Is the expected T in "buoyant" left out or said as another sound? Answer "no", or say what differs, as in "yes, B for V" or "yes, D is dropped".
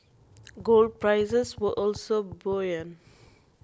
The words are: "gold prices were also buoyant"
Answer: yes, T is dropped